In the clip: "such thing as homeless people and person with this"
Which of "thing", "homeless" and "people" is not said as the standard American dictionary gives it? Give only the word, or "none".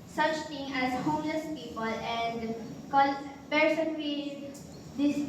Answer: thing